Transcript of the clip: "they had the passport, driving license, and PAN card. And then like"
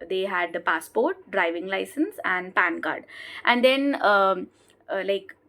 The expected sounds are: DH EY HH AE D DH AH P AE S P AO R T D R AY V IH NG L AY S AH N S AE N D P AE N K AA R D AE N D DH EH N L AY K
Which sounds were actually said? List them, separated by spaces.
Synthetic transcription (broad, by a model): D EY HH AE D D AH P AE S P AO R T D R AY V IH NG L AY S AH N S AE N D P AE N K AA R D AE N D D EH N L AY K